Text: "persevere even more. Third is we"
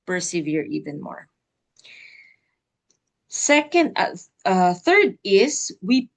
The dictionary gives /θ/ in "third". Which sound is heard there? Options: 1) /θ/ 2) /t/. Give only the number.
1